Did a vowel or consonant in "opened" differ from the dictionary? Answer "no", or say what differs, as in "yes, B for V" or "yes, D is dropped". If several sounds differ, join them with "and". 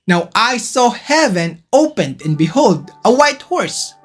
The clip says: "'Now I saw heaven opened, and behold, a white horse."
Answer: no